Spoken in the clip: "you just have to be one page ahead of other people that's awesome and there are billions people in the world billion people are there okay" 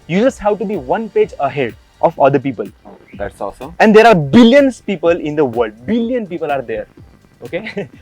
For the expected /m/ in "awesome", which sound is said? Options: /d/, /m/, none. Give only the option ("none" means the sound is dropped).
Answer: none